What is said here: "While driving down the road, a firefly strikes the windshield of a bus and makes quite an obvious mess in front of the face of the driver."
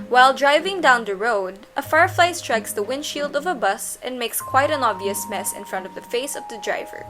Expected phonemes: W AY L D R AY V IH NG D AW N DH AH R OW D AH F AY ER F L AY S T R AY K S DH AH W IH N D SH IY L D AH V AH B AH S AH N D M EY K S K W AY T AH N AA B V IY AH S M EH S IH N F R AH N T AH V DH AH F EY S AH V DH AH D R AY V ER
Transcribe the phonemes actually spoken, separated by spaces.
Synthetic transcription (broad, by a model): W AY L D R AY V IH NG D AW N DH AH R OW D AH F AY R F L AY S T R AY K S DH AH W IH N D SH IY L D AH V AH B AH S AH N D M EY K S K W AY T AH N AA B V IY AH S M EH S IH N F R AH N T AH V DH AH F EY S AH V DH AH D R AY V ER